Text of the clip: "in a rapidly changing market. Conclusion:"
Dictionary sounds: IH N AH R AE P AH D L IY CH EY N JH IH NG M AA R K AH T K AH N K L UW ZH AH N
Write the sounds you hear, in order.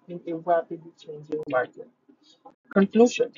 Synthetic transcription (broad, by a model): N AH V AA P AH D IY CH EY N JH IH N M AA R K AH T K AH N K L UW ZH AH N